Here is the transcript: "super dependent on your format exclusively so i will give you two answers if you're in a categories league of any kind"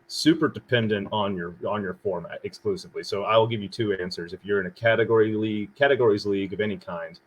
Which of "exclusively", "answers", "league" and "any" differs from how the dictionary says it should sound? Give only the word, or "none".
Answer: none